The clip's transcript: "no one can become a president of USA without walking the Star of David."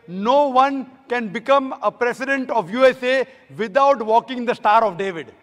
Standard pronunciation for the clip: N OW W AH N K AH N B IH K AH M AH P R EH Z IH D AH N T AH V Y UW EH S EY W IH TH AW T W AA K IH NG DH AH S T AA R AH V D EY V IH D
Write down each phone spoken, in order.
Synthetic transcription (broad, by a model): N OW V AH N K AH N B IH K AH M AH P R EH S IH D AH N T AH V Y UW EH S EY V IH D AW T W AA K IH NG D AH S T AA R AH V D EY V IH D